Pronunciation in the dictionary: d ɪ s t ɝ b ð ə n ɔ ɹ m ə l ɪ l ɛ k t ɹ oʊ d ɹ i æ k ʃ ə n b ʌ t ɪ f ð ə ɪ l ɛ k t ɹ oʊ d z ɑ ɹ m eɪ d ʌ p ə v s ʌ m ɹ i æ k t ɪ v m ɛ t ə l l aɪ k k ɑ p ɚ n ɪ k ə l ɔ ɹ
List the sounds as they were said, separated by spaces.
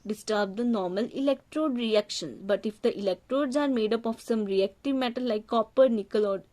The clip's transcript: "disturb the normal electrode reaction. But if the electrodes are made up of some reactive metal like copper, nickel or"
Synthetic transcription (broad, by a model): d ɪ s t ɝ b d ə n ɔ ɹ m ə l ɪ l ɛ k t ɹ oʊ d ɹ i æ k ʃ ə n b ʌ t ɪ f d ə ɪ l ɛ k t ɹ oʊ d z ɑ ɹ m eɪ d ʌ p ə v s ʌ m ɹ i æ k t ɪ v m ɛ t ə l l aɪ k k ɑ p ɚ n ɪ k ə l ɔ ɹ